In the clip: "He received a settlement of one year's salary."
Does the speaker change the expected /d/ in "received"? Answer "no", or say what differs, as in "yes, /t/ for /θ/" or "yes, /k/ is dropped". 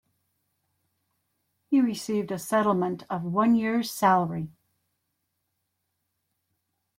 no